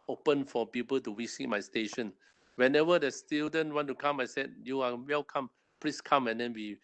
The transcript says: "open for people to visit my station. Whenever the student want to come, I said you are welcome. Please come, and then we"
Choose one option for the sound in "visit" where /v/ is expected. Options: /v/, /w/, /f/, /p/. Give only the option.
/w/